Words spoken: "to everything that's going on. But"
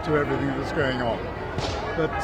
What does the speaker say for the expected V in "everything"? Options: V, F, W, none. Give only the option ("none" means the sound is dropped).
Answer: V